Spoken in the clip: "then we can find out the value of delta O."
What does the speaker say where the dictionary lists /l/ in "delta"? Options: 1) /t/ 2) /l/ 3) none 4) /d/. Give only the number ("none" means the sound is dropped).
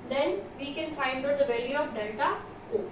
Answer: 3